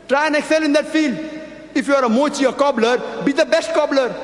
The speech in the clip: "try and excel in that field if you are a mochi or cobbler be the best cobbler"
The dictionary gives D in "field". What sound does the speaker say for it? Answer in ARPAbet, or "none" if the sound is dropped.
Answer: D